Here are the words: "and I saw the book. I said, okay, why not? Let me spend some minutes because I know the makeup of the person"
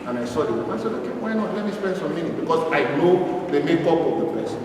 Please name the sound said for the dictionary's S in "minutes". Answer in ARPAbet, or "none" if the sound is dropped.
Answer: none